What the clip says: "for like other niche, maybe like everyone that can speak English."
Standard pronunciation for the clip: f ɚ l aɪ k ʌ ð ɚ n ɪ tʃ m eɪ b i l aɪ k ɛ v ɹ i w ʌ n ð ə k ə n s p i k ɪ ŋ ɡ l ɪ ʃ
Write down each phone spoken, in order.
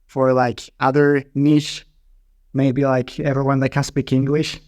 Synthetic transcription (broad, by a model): f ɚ l aɪ k ʌ ð ɚ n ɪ ʃ m eɪ b i l aɪ k ɛ v ɹ i w ʌ n ð ə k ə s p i k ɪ ŋ ɡ l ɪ ʃ